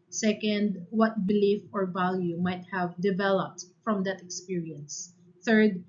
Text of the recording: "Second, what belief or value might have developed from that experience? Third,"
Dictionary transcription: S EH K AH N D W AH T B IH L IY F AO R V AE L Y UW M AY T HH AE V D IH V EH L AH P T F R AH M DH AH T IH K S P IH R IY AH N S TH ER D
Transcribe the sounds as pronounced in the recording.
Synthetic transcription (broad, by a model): S EH K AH N D W AH T B IH L IY F AO R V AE L Y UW M AY T HH AE V D IH V EH L AH P T F R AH M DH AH T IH K S P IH R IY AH N S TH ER D